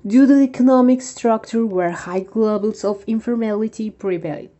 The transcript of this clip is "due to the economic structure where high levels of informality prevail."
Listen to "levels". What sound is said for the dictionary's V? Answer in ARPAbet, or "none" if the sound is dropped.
B